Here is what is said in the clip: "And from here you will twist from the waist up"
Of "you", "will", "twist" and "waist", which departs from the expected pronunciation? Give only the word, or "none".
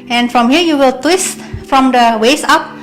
waist